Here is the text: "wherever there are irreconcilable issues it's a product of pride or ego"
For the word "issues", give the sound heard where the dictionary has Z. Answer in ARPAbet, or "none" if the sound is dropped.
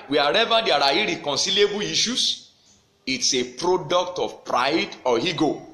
S